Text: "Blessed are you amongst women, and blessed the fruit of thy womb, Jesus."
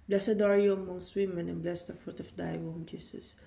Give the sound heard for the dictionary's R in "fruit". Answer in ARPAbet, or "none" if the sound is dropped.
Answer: R